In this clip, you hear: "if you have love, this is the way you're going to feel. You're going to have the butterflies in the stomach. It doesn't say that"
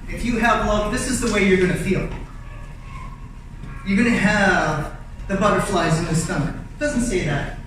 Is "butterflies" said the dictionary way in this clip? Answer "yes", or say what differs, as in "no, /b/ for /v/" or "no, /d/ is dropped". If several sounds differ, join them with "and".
yes